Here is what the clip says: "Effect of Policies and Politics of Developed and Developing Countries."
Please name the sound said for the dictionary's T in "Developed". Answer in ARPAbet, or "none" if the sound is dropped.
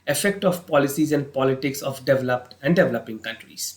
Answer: T